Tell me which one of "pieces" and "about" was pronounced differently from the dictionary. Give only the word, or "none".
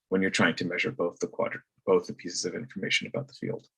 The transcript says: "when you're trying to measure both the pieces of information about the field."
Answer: none